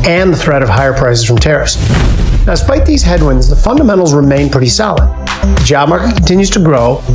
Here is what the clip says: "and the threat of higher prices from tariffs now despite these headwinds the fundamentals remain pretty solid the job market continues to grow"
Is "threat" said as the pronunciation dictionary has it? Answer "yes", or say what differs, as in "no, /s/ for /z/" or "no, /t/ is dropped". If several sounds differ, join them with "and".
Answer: yes